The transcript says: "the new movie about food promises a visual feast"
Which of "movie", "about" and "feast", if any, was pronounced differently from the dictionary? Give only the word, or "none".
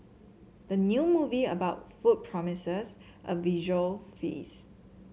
feast